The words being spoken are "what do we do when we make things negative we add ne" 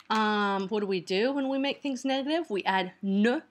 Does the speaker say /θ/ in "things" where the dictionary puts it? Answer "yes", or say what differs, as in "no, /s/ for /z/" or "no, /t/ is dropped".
yes